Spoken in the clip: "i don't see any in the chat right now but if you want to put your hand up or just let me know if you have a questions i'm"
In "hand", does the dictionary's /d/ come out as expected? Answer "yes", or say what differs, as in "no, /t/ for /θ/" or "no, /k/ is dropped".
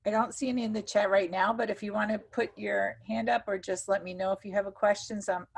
yes